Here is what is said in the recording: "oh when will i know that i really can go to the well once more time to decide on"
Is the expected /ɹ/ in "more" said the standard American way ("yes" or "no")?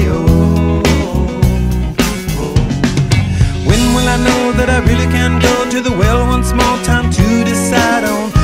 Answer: no